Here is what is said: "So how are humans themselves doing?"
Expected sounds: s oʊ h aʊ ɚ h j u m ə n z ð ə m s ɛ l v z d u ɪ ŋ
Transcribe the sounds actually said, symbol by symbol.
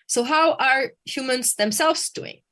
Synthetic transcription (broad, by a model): s oʊ h aʊ ɚ h j u m ə n z ð ə m s ɛ l v z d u ɪ ŋ